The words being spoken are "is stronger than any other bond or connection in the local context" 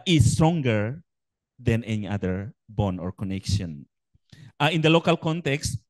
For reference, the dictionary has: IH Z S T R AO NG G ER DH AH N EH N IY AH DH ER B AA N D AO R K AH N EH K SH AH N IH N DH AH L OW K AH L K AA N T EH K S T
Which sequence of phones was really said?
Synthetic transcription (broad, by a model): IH S T R AO NG G ER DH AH N EH N IY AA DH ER B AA N AO R K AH N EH K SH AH N IH N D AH L OW K AH L K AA N T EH K S T